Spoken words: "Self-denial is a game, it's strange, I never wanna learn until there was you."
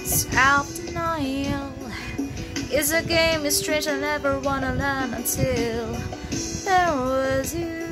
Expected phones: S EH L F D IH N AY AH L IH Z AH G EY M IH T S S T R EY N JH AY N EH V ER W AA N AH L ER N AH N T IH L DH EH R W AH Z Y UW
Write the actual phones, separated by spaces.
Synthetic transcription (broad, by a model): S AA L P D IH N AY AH L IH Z AH G EY M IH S S T R EY N JH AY N EH V ER W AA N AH L ER N AH N T IH L DH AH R W AH Z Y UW